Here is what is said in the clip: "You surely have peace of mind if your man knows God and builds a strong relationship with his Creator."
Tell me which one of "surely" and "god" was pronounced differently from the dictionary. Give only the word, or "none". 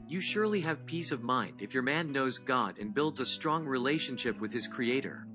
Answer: none